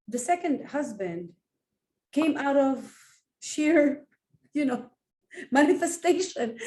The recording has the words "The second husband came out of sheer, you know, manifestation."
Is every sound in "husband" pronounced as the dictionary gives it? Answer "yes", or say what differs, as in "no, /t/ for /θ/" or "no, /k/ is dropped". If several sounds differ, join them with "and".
yes